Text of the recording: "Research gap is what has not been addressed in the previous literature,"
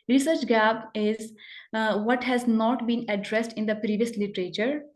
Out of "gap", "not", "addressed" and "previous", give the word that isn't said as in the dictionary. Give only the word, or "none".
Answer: gap